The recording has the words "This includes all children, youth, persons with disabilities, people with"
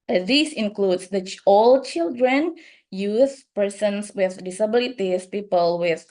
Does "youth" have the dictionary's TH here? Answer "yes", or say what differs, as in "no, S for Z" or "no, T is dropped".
no, S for TH